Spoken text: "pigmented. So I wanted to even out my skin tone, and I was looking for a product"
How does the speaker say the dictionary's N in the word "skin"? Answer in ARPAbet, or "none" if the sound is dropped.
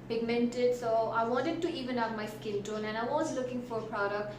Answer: L